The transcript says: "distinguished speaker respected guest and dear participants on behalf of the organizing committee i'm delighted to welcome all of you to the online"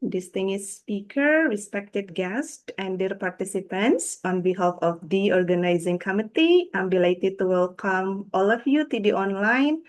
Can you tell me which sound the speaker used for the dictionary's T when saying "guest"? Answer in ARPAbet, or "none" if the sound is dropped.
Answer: T